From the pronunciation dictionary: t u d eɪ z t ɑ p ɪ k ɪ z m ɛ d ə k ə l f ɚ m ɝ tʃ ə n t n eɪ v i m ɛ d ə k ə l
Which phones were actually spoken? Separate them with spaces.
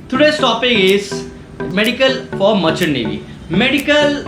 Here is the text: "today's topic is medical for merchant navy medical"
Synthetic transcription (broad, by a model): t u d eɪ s t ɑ p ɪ ɪ s m ɛ d ə k ə l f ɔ m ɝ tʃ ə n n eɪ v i m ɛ d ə k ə l